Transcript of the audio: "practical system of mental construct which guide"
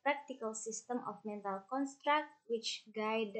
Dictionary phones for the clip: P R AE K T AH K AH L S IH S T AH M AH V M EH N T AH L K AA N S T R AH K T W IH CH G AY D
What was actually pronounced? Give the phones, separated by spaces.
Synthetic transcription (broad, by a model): P R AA K T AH K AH L S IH S T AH M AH F M EH N T AH L K AA N S T R AH K T W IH CH G AY D